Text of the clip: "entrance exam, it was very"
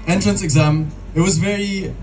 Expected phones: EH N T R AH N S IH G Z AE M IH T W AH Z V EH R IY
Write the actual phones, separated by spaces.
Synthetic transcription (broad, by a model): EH N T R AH N S IH G Z AE M IH T W AH Z V EH R IY